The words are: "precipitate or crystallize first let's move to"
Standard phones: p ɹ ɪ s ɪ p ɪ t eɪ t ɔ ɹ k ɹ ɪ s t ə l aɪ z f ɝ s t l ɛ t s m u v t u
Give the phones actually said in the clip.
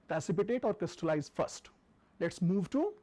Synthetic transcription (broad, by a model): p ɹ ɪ s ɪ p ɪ t eɪ t ɔ ɹ k ɹ ɪ s t ə l aɪ z f ɝ s t l ɛ t s m u v t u